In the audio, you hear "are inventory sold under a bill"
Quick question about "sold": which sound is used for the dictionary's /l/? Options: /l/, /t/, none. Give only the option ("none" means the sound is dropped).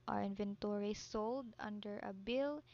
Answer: /l/